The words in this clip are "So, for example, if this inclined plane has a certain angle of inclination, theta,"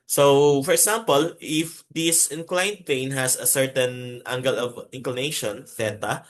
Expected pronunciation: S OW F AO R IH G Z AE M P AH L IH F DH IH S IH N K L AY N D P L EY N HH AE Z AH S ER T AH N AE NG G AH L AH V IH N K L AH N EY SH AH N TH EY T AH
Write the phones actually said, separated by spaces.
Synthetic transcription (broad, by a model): S OW F AO R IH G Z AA M P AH L IH F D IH S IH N K L AY N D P EY N HH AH S AH S ER T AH N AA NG G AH L AH V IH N K L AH N EY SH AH N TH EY T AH